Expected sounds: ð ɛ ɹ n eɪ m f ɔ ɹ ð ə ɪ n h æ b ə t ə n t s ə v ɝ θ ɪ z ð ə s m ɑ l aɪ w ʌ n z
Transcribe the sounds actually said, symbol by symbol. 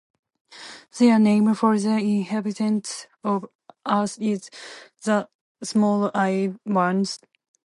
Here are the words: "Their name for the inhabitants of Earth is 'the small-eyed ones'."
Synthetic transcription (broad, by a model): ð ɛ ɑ n eɪ m f ɔ ɹ ð ə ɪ n h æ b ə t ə n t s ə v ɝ t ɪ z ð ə s m ɑ l aɪ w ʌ n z